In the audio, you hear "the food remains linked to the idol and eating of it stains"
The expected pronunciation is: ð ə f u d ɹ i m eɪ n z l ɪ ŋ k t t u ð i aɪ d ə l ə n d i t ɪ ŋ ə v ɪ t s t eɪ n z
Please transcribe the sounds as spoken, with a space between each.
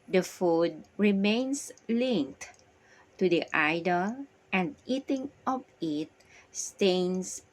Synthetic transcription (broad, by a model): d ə f u d ɹ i m eɪ n s l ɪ ŋ k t t u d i aɪ d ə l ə n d i t ɪ ŋ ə p ɪ t s t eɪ n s